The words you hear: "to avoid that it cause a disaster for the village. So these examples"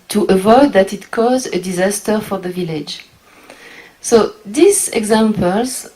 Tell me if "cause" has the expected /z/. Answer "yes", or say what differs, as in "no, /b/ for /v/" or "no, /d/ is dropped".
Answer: yes